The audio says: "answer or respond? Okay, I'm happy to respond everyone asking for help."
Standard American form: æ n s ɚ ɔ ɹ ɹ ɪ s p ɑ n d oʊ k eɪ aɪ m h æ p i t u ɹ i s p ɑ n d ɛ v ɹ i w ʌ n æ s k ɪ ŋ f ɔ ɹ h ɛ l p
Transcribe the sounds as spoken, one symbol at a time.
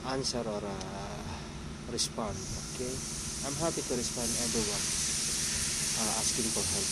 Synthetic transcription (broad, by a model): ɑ n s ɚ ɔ ɹ ɹ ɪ s p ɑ n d oʊ k eɪ aɪ m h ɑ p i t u ɹ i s p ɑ n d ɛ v ɹ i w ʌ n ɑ s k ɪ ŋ p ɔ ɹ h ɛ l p